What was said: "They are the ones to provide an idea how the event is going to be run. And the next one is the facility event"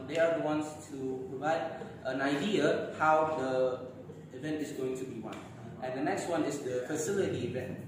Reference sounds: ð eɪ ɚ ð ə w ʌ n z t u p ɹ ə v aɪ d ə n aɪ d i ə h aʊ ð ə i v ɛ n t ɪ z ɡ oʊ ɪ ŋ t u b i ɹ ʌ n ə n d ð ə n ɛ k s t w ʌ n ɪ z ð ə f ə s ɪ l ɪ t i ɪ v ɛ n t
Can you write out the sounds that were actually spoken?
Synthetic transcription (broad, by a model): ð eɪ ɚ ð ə w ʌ n s t u p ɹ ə v aɪ d ə n aɪ d i ə h aʊ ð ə i v ɛ n t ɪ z ɡ oʊ ɪ ŋ t u b i w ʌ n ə n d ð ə n ɛ k s t w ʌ n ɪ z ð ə f ə s ɪ l ɪ t i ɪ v ɛ n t